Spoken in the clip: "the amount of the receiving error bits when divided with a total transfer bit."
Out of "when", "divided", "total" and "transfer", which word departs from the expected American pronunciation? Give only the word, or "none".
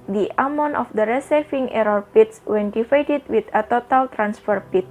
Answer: divided